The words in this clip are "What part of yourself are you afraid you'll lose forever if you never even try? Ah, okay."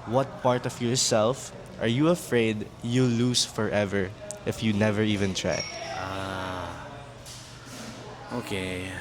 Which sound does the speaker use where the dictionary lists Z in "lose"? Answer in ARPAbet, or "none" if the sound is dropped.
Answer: S